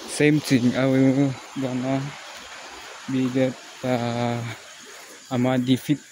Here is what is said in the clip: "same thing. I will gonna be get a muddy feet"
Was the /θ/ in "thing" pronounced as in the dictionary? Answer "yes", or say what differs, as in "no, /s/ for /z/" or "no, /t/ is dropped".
no, /t/ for /θ/